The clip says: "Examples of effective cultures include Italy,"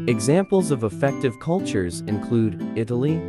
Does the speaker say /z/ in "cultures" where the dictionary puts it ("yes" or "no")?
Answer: yes